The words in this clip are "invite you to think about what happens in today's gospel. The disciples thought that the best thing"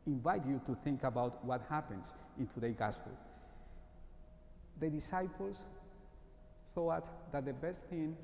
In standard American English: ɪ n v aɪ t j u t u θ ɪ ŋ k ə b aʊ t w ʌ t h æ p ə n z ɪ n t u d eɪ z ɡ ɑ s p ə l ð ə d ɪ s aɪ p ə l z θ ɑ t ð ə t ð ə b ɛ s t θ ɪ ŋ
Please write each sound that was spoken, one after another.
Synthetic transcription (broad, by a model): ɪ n v aɪ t j u t u θ ɪ ŋ k ə b aʊ t w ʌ t h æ p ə n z ɪ n t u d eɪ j ɡ ɑ s p ə l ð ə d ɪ s aɪ p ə l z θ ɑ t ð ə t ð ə b ɛ s t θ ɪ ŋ